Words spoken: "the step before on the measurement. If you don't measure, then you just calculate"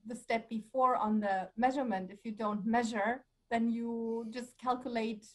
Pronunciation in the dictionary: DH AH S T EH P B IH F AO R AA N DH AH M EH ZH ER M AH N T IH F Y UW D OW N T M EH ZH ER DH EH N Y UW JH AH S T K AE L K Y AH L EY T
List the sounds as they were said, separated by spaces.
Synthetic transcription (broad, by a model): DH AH S T EH P B IH F AO R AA N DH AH M EH ZH ER M AH N T IH F Y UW D OW N T M EH ZH ER DH EH N Y UW JH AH S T K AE L K Y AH L EY T